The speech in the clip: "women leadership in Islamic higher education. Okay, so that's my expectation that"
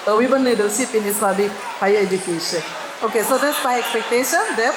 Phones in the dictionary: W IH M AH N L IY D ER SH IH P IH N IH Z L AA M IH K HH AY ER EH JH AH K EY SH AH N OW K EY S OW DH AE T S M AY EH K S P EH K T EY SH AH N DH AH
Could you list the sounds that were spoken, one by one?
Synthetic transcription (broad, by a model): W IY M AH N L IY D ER S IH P IH N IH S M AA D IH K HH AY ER EH JH AH K EY SH AH N OW K EY S OW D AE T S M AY EH K S P EH K T EY SH AH N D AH